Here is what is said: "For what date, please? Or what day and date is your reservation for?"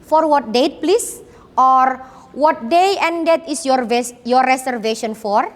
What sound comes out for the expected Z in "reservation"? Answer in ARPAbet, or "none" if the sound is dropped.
S